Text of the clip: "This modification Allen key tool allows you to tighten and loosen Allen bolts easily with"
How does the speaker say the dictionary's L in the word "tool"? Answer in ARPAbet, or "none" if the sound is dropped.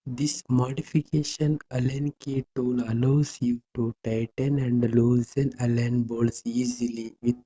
N